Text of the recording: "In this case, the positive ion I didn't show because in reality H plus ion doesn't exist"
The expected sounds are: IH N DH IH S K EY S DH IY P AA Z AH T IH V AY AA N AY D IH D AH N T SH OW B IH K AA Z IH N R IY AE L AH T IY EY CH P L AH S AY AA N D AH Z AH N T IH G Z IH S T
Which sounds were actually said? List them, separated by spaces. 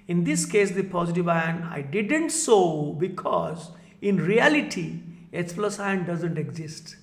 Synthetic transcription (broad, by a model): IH N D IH S K EY S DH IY P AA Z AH T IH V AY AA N AY D IH D AH N T S OW B IH K AA Z IH N R IY AE L AH T IY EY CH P L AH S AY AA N D AH Z AH N T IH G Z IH S T